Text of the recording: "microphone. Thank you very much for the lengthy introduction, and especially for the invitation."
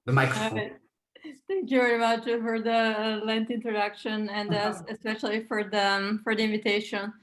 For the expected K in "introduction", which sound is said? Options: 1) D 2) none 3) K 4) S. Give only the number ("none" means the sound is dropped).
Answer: 3